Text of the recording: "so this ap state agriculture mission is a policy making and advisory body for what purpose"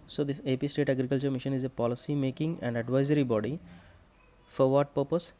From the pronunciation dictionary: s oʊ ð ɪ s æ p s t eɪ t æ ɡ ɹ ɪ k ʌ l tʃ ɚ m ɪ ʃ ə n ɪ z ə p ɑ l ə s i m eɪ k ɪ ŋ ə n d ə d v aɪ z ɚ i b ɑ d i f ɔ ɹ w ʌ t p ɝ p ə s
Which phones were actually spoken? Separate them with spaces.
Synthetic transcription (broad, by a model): s oʊ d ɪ s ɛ p s t eɪ t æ ɡ ɹ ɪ k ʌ l tʃ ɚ m ɪ ʃ ə n ɪ z ə p ɑ l ə s i m eɪ k ɪ ŋ ə n d ə d v aɪ z ɚ i b ɑ d i f ɔ ɹ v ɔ t p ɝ p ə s